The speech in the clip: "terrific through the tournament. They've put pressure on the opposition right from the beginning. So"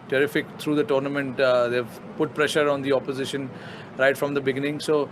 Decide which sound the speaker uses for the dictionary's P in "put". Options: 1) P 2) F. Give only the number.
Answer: 1